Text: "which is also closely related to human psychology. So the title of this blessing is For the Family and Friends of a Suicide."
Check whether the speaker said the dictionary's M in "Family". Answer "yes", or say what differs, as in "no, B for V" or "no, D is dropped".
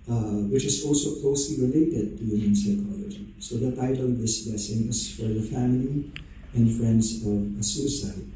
yes